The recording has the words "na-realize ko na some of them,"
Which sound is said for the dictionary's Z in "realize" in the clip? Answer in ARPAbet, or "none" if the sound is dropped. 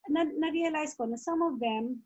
S